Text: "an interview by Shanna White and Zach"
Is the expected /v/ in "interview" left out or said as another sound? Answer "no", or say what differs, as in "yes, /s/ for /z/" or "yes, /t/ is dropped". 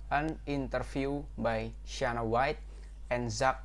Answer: yes, /f/ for /v/